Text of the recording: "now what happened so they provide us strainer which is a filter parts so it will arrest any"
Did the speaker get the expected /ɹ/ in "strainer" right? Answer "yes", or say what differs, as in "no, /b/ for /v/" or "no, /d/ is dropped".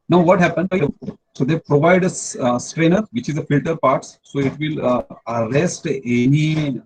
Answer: yes